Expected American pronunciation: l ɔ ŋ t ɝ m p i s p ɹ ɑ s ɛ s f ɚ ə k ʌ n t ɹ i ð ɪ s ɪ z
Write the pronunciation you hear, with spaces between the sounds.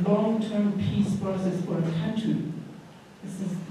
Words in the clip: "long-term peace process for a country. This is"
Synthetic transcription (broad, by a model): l ɔ ŋ t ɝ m p i s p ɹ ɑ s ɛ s f ɚ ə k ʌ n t i ð ɪ s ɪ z